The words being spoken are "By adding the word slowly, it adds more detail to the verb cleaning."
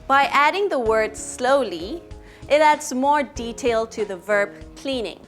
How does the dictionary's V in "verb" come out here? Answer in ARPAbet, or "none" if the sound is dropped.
V